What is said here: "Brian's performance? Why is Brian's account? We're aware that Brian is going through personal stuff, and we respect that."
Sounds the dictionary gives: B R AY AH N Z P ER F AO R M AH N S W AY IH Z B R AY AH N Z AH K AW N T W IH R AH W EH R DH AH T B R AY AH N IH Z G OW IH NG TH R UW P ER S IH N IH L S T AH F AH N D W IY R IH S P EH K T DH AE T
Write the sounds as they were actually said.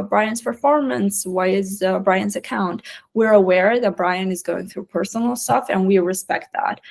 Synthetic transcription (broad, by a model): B R AY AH N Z P ER F AO R M AH N S W AY IH Z B R AY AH N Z AH K AW N T W IH R AH W EH R DH AH T B R AY AH N IH Z G OW IH NG TH R UW P ER S N L S T AH F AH N W IY R IH S P EH K T DH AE T